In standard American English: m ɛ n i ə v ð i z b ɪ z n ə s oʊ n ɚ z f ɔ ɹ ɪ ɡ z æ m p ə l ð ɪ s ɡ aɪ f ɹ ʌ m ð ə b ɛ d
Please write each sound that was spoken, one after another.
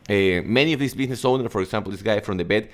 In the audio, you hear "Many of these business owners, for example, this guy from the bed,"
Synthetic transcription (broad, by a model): m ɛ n i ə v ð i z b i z n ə s oʊ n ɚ f ɔ ɹ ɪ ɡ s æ m p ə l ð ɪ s ɡ aɪ f ɹ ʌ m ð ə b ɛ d